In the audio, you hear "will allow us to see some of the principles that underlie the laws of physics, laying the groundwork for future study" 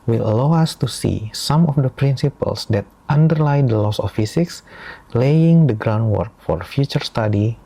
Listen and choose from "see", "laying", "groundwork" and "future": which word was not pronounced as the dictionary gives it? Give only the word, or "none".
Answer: none